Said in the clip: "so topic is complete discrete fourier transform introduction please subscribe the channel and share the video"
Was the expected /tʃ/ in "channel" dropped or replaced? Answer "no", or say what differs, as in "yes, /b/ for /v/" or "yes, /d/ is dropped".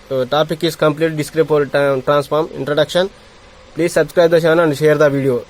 yes, /ʃ/ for /tʃ/